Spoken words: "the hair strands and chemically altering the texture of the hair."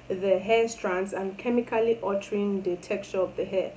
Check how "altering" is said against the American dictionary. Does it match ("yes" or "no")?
no